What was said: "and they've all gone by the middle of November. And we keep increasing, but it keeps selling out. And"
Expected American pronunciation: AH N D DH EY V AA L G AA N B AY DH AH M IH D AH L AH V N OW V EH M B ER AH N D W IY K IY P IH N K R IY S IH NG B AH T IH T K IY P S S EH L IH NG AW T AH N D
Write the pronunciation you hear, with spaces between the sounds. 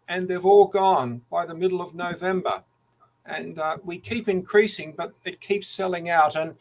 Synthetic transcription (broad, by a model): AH N DH EY V AA L G AA N B AY DH AH M IH D L AH V N OW V EH M B ER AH N W IY K IY P IH N K R IY S IH NG B AH T IH T K IY P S S EH L IH NG AW T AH N